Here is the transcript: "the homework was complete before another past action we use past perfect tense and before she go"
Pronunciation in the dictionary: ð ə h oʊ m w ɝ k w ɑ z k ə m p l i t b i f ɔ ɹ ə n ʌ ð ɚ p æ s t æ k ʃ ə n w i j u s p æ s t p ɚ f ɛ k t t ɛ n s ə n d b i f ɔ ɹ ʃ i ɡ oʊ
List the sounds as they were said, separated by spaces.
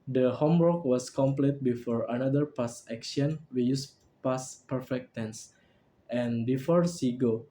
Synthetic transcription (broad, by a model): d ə h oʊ m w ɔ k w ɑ s k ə m p l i t b i f ɔ ɹ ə n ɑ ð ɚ p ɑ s æ k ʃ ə n w i j u s p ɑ s p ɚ f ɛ k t t ɛ n s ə n b i f ɔ ɹ s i ɡ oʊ